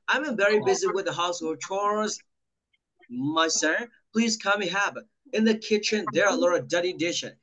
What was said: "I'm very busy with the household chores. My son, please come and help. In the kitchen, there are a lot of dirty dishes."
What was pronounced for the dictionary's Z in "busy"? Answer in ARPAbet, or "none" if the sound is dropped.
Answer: Z